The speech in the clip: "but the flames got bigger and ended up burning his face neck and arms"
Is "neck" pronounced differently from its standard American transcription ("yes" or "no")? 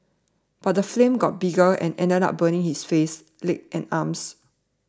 yes